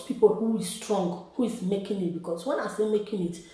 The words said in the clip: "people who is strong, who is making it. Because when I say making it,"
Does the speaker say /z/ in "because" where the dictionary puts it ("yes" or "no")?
no